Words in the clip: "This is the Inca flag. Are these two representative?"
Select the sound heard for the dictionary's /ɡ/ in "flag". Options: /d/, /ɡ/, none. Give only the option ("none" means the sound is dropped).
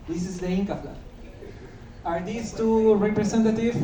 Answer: none